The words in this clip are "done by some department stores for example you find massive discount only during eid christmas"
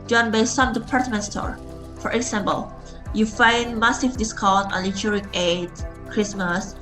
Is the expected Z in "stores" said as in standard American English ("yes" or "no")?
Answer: no